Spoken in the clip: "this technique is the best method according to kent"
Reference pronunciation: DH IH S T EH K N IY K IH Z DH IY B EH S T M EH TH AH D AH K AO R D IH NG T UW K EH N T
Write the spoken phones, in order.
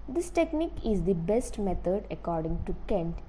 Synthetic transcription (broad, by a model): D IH S T EH K N IY K IH Z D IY B EH S T M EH T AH D AH K AO R D IH NG T UW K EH N T